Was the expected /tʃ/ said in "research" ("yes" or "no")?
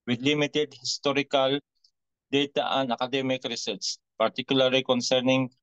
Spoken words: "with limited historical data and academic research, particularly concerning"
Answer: no